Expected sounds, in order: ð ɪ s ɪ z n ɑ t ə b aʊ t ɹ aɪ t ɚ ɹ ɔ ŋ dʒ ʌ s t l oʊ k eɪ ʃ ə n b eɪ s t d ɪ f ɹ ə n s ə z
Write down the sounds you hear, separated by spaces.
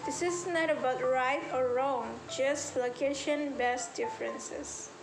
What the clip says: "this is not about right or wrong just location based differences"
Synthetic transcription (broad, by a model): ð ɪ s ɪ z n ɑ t ə b aʊ t ɹ aɪ t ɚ ɹ ɔ ŋ dʒ ʌ s t l oʊ k eɪ ʃ ə n b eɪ s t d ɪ f ɹ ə n s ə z